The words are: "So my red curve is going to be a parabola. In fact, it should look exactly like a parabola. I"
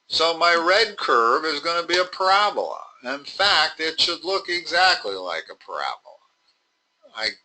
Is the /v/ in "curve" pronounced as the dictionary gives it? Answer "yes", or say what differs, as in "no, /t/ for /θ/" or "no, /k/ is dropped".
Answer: yes